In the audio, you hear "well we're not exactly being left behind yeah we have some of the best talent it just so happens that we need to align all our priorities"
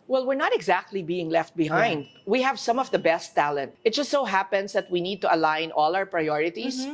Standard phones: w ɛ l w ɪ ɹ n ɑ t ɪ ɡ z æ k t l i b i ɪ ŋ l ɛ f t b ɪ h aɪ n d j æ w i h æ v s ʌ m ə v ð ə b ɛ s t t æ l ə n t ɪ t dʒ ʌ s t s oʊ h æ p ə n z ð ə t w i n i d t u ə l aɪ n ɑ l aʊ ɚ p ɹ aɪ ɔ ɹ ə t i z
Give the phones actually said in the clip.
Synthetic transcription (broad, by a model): w ɛ l w ɪ ɹ n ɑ t ɪ ɡ z æ k t l i b i ɪ ŋ l ɛ f t b ɪ h aɪ n d w i h æ v s ʌ m ə v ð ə b ɛ s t t æ l ə n t ɪ t dʒ ʌ s t s oʊ h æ p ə n s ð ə t w i n i d t u ə l aɪ n ɑ l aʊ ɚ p ɹ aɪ ɔ ɹ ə t i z